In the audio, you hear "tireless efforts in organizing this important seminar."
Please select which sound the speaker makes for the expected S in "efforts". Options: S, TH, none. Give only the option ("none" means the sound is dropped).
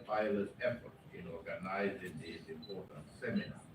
none